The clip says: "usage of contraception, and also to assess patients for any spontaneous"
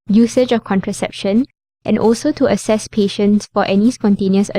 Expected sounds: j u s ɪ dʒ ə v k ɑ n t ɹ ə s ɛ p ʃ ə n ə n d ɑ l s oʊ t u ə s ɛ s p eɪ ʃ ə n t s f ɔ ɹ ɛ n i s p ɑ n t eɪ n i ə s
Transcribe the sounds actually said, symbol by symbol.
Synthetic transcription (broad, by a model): j u s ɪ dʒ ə f k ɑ n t ɹ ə s ɛ p ʃ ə n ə n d ɑ l s oʊ t u ə s ɛ s p eɪ ʃ ə n t s f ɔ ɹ ɛ n i s p ɑ n t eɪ n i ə s